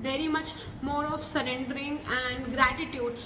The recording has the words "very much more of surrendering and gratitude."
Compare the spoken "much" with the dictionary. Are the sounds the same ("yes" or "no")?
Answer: yes